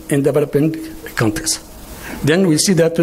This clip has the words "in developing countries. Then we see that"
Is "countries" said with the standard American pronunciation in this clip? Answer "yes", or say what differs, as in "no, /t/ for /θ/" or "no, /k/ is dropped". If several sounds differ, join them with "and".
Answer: no, /ɹ/ is dropped